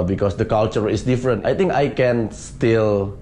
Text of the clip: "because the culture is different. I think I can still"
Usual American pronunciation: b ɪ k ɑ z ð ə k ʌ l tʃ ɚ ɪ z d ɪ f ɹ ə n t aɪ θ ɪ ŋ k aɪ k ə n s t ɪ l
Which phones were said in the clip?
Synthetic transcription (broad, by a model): b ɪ k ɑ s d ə k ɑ l tʃ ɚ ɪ s d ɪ f ɹ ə n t aɪ t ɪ ŋ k aɪ k ə n s t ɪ l